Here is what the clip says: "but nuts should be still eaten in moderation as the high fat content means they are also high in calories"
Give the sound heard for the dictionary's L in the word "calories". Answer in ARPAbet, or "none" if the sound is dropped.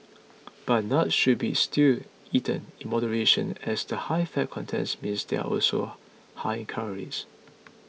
none